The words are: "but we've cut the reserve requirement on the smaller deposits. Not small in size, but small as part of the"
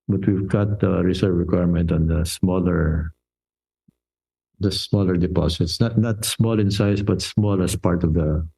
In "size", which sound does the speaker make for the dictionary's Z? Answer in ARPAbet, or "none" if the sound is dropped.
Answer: S